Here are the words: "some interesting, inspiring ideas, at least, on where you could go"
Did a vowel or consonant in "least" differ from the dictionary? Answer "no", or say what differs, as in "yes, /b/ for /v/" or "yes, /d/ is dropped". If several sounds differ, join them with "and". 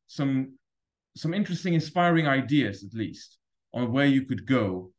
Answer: no